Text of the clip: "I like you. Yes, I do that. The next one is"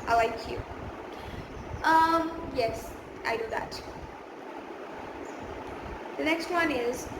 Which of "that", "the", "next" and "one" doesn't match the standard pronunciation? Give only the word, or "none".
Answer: none